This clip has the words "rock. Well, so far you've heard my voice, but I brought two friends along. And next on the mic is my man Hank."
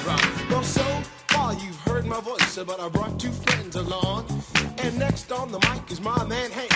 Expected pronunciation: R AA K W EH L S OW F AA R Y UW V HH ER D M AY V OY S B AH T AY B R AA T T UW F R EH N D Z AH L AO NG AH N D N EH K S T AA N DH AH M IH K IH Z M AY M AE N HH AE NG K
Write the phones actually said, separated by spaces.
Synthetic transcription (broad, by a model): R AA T W EH L S OW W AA L Y UW V HH ER D M AY V OY S B AH T AY B R AA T T UW F R EH N D Z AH L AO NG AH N N EH K S T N DH AH M IH K IH Z M AY M AE N HH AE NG